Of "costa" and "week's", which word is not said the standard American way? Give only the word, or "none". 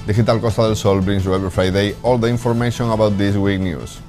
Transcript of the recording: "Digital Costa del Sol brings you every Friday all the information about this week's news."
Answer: week's